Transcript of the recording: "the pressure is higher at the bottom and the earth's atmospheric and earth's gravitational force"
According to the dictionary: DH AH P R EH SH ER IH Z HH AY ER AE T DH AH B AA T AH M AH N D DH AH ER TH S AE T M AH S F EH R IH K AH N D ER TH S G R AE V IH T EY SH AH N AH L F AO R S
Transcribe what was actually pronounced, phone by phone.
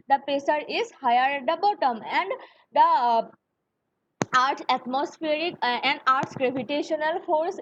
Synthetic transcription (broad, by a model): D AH P EH S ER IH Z HH AY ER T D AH B AA T AH M AH N D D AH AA T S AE T M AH S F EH R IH K AH N D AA T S G R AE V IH T EY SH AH N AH L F AO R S